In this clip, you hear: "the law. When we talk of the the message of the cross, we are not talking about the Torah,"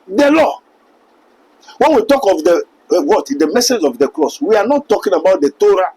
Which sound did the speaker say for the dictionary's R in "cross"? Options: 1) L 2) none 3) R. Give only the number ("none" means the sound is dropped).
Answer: 1